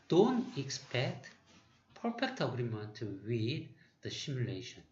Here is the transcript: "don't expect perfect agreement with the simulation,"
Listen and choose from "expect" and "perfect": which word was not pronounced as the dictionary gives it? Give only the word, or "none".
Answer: perfect